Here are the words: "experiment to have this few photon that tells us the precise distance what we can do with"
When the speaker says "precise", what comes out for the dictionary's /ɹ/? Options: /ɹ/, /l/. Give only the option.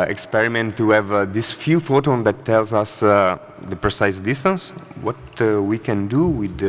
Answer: /ɹ/